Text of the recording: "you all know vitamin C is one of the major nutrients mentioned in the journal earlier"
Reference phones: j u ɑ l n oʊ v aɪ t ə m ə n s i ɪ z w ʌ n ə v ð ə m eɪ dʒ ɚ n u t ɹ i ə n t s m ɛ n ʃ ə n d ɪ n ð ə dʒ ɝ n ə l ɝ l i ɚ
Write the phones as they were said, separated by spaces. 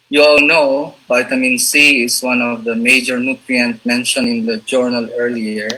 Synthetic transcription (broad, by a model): j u ɑ l n oʊ b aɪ t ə m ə n s i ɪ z w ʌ n ə v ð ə m eɪ dʒ ɚ n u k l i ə n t m ɛ n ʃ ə n ɪ n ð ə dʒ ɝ n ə l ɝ l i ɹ